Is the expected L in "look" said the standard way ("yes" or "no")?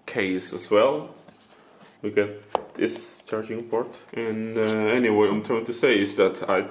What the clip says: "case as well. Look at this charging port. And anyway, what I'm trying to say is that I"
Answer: no